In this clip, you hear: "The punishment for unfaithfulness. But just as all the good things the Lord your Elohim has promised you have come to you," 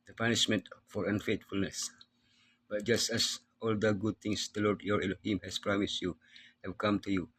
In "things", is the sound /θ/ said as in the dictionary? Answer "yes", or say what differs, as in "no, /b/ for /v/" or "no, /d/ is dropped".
no, /t/ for /θ/